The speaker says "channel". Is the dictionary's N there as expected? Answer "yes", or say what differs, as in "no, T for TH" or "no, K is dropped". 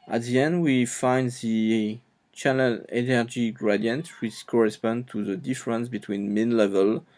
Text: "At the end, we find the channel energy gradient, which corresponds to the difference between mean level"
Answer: no, L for N